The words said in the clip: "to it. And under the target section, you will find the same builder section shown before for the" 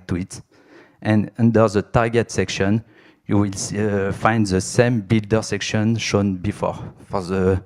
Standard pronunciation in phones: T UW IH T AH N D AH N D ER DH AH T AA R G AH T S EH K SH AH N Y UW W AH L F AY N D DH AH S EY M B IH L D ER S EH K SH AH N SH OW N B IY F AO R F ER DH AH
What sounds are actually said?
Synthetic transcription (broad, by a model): T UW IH T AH N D AH N D ER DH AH T AA R G AH T S EH K SH AH N Y UW W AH L F AY N D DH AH S EY M B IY L D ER S EH K SH AH N SH OW N B IY F AO R F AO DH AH